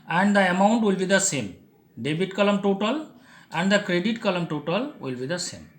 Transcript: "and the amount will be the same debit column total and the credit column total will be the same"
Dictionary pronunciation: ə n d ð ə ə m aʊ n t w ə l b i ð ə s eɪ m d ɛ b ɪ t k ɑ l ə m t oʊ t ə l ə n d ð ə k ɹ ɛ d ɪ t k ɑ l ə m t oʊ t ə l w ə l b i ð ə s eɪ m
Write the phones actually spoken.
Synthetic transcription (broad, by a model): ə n d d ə ə m aʊ n t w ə l b i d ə s eɪ m d ɛ b ɪ t k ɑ l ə m t oʊ t ə l ə n d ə k ɹ ɛ d ɪ t k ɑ l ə m t oʊ t ə l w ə l b i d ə s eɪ m